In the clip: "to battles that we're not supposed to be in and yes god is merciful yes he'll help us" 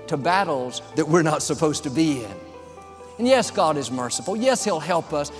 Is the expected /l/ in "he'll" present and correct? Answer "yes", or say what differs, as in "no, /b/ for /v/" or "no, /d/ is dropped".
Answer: yes